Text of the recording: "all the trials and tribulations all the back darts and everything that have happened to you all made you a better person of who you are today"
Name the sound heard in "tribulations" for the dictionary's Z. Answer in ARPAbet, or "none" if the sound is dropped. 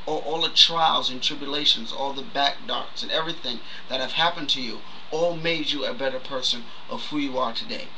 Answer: Z